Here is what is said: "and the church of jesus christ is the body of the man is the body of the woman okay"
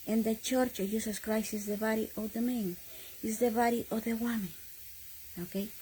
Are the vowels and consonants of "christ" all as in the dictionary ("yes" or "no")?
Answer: no